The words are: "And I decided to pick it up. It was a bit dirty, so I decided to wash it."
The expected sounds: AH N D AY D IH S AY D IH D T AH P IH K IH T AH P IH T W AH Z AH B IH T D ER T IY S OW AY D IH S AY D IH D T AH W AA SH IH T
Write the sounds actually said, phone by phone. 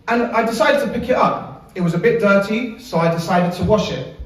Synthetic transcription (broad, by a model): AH N AY D IH S AY D IH D T AH P IH K IH T AH P IH T W AH Z AH B IH T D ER T IY S OW AY D IH S AY D IH D T AH W AA SH IH T